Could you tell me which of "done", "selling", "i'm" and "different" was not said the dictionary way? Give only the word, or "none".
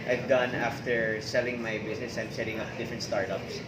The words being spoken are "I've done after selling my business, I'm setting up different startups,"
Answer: none